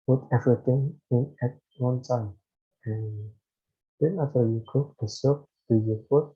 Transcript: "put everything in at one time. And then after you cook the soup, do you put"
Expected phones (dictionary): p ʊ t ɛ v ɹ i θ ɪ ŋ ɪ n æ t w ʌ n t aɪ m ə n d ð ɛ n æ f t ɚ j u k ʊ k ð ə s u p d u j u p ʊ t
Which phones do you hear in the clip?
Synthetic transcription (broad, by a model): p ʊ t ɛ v ɹ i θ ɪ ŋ ɪ n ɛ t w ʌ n t aɪ m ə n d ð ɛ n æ t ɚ j u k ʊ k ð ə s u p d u j u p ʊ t